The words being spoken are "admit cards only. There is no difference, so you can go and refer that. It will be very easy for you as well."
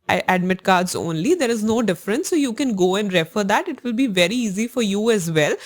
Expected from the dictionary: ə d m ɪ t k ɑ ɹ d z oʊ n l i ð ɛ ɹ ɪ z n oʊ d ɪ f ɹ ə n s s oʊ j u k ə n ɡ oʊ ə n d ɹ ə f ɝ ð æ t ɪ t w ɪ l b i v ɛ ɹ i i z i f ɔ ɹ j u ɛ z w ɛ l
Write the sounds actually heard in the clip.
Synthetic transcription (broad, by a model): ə d m ɪ t k ɑ ɹ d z oʊ n l i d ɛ ɹ ɪ z n oʊ d ɪ f ɹ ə n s s oʊ j u k ə n ɡ oʊ ə n d ɹ ə f ɝ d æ t ɪ t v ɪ l b i v ɛ ɹ i i z i f ɔ ɹ j u ɛ z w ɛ l